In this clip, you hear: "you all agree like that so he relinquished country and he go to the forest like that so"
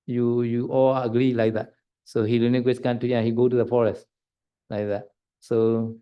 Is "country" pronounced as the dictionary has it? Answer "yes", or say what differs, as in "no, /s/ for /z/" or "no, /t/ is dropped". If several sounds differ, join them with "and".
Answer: no, /ɹ/ is dropped